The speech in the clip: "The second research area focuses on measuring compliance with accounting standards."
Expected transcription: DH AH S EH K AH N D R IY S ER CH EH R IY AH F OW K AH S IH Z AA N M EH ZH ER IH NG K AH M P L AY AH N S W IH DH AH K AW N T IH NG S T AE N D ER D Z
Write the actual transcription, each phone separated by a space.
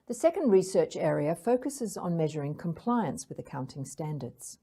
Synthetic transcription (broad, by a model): DH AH S EH K AH N D R IY S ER CH EH R IY AH F OW K AH S IH Z N M EH ZH ER IH NG K AH M P L AY AH N S W IH DH AH K AW N T IH NG S T AE N D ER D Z